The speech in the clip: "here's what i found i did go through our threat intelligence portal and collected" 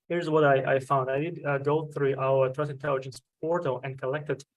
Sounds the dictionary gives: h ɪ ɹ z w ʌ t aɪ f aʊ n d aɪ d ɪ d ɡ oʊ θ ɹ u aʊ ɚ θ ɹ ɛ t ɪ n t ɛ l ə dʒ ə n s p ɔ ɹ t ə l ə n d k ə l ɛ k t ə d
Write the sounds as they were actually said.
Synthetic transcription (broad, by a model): h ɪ ɹ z w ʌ t aɪ f aʊ n d aɪ d ɪ d ɡ oʊ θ ɹ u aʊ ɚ t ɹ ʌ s ɪ n t ɛ l ə dʒ ə n s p ɔ ɹ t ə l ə n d k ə l ɛ k t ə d